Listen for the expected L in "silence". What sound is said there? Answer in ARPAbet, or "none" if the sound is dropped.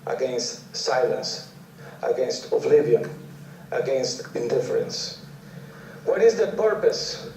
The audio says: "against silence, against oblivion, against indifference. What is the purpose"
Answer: L